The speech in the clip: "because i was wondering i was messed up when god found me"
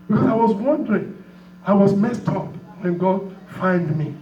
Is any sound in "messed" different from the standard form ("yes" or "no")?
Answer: no